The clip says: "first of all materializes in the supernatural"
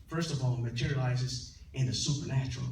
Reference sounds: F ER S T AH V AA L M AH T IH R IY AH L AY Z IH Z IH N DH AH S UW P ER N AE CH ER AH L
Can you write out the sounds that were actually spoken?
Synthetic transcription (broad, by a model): F ER S T AH V AA L M AH T IH R IY AH L AY Z IH Z IH N DH AH S UW P ER N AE CH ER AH L